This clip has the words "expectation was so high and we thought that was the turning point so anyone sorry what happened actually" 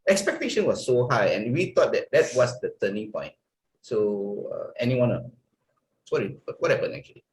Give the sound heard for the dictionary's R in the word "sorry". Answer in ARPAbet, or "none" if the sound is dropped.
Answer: none